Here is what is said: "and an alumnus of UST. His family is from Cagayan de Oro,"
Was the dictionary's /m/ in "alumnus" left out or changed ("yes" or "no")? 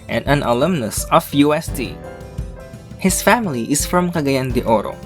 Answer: no